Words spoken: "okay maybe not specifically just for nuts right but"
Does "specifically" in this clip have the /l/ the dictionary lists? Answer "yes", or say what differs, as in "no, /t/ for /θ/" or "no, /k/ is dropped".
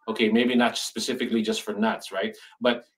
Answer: yes